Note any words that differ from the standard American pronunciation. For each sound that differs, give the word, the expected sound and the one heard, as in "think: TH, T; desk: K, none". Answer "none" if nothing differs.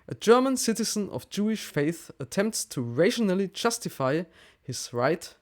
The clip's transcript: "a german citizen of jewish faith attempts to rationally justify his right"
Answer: none